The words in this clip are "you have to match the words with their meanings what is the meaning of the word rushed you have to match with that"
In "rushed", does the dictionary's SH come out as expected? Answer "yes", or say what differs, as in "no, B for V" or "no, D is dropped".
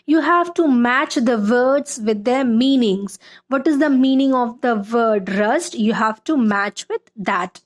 no, S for SH